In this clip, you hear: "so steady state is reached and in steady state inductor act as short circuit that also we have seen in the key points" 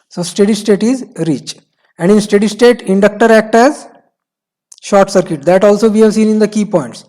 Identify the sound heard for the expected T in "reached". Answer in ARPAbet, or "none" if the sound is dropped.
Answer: none